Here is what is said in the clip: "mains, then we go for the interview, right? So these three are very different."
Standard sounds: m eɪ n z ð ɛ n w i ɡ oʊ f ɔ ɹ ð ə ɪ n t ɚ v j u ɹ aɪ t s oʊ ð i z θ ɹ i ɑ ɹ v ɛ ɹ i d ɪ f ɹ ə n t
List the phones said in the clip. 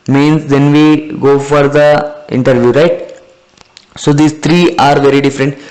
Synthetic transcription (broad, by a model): m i n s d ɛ n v i ɡ oʊ f ɔ ɹ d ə ɪ n t ɚ v j u ɹ aɪ t s oʊ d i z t ɹ i ɑ ɹ v ɛ ɹ i d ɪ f ɹ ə n t